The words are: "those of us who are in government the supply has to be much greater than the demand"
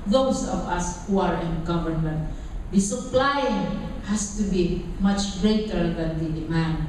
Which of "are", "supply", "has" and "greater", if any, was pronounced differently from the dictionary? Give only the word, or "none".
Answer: has